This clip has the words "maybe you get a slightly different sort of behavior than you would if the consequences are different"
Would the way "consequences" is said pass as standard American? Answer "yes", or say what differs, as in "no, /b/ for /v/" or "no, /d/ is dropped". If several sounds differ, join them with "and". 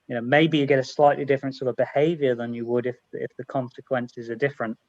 yes